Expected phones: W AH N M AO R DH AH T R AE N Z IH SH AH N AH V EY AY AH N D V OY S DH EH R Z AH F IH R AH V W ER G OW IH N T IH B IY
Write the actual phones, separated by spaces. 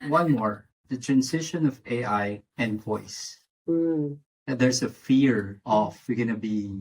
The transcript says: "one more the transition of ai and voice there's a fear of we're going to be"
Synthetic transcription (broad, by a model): W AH N M AO R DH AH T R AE N S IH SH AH N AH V EY AY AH N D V OY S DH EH R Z AH F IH R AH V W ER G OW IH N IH B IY